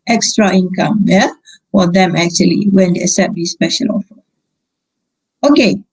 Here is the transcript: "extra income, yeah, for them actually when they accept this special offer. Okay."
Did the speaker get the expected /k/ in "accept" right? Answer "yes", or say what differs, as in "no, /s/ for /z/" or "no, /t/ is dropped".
no, /k/ is dropped